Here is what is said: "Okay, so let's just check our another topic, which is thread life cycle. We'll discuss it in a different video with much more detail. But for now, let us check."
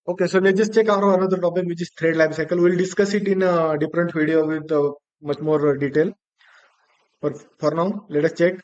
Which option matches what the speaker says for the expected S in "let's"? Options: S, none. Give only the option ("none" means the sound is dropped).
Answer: none